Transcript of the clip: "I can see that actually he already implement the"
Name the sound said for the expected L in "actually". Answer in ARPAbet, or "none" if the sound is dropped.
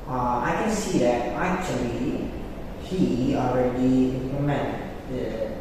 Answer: L